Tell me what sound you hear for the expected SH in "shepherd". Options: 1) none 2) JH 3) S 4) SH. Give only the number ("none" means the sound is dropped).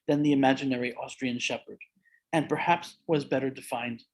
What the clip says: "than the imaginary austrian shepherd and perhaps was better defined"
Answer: 4